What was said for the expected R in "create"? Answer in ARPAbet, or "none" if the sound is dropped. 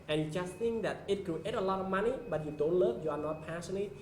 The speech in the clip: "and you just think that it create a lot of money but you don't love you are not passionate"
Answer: none